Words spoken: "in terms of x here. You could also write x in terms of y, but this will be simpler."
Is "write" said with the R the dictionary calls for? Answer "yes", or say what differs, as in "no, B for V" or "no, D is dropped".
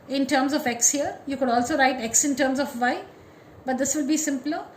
yes